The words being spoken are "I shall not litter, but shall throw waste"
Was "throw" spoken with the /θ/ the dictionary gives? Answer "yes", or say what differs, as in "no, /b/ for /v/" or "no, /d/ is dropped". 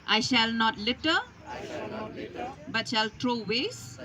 no, /t/ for /θ/